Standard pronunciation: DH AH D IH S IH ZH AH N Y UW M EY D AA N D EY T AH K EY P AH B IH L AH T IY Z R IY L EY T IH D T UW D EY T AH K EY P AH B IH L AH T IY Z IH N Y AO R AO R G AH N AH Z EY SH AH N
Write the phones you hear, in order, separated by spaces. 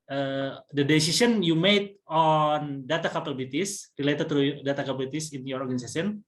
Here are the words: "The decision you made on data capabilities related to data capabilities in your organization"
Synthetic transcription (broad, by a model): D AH D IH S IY S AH N Y UW M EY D AA N D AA T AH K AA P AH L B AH T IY S R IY L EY T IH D T UW D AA T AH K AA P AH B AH T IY S IH N Y AO R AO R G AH N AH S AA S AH N